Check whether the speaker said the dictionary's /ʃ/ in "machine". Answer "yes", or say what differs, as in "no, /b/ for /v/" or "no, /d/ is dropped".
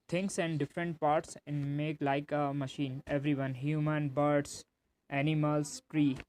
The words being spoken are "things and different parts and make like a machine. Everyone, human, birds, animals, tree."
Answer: yes